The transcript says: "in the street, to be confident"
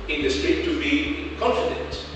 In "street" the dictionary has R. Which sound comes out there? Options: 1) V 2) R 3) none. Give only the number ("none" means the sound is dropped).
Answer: 3